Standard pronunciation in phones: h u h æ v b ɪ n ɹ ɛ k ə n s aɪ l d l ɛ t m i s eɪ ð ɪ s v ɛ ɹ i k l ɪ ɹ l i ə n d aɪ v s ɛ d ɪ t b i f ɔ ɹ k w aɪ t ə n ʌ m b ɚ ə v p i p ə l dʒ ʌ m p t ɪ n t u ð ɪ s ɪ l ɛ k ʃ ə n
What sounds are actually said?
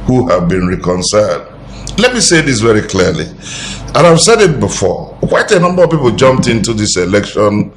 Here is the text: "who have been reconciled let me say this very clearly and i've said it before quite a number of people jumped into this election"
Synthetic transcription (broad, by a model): h u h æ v b ɪ n ɹ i k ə n s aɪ l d l ɛ t m i s eɪ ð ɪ s v ɛ ɹ i k l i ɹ l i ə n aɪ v s ɛ d ɪ t b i f ɔ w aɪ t ə n ʌ m b ɚ ə v p i p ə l dʒ ʌ m p t ɪ n t u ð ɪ s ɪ l ɛ k ʃ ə n